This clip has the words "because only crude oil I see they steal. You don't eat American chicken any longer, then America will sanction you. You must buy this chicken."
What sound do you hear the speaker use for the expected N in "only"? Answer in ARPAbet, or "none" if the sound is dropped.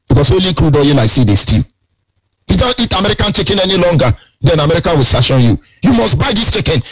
none